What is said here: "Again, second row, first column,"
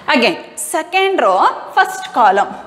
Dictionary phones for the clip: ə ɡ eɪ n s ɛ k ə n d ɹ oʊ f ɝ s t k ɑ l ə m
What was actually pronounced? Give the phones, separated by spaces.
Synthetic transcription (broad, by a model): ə ɡ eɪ n s ɛ k ə n d ɹ oʊ p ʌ s t k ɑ l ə m